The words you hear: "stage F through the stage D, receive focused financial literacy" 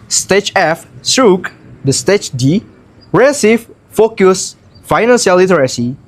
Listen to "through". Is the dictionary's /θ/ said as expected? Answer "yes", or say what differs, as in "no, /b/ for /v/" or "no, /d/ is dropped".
no, /s/ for /θ/